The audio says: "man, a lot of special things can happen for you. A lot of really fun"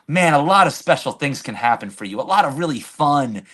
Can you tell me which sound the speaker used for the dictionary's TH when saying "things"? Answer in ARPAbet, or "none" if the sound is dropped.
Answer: TH